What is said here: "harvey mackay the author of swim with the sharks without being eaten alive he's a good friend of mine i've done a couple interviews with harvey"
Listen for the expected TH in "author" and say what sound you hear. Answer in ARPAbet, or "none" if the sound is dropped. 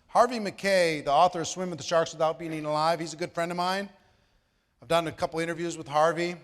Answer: TH